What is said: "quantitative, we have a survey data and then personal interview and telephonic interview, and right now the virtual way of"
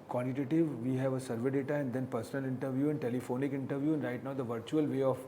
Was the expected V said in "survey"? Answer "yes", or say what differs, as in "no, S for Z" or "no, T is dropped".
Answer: yes